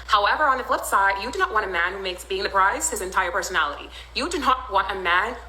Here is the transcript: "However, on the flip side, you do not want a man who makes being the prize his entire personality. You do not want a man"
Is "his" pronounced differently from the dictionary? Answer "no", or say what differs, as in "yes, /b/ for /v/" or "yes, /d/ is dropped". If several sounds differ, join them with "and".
no